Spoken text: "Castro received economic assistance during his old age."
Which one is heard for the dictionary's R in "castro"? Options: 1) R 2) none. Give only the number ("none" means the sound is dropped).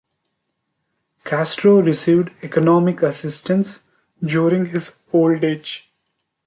1